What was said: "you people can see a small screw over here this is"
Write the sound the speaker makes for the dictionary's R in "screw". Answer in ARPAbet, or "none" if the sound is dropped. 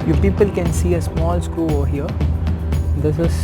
none